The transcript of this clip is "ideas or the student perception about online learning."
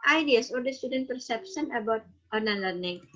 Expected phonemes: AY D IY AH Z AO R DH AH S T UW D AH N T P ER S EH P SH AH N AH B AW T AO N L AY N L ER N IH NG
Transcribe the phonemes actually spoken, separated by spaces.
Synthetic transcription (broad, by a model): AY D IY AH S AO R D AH S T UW D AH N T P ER S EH P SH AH N AH B AW T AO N AY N L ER N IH NG